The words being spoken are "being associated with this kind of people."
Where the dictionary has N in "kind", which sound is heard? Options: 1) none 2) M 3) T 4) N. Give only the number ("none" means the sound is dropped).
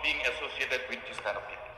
1